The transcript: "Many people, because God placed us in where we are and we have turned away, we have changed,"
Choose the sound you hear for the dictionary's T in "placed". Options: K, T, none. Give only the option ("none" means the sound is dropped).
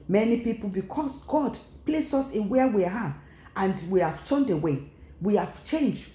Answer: none